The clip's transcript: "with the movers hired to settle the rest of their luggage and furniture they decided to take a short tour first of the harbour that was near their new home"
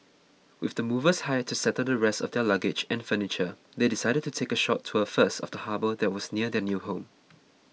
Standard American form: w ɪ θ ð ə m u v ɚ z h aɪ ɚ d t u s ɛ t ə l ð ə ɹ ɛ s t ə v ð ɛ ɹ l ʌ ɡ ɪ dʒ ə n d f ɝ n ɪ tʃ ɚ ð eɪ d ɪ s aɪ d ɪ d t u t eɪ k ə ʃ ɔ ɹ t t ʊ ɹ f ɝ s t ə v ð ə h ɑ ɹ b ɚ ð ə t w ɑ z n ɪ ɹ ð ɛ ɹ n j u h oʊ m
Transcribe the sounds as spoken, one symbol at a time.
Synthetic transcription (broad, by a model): w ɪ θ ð ə m u v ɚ s h aɪ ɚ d t u s ɛ t ə l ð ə ɹ ɛ s t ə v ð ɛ l ʌ ɡ ɪ dʒ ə n f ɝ n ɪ tʃ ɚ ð eɪ d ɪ s aɪ d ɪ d t u t eɪ k ə ʃ ɔ t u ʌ f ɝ s t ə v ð ə h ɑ b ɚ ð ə t w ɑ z n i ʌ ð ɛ n j u h oʊ m